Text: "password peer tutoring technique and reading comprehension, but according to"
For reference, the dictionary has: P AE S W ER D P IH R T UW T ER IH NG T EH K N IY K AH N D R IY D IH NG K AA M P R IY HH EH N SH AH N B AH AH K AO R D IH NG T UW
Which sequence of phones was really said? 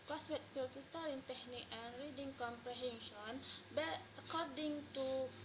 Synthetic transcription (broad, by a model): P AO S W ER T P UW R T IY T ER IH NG T EH K N IY K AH N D R IY D IH NG K AA M P R IY HH EH N SH AH N B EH AH K AO R D IH NG T UW